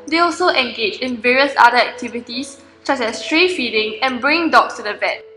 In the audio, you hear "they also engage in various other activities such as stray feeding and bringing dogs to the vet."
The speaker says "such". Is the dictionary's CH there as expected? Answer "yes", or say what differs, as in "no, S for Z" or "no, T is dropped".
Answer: no, S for CH